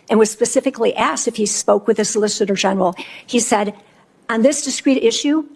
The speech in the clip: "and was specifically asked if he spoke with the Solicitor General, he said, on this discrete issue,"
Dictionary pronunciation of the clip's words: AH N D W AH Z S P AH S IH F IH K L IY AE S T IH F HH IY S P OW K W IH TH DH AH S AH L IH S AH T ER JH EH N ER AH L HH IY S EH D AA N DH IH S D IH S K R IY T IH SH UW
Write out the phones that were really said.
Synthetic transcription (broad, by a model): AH N W AH Z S P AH S IH F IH K L IY AE S T IH F HH IY S P OW K W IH DH AH S AH L IH S AH T ER JH EH N ER L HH IY S EH D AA N DH IH S D IH S K R IY T IH SH UW